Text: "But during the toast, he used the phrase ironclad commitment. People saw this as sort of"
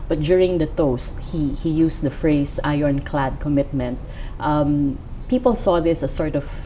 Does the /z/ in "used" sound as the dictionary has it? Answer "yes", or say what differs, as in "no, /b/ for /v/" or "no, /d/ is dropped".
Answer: no, /s/ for /z/